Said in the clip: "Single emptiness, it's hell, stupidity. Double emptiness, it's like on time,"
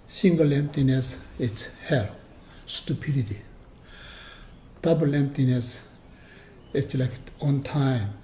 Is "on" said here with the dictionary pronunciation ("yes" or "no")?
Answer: yes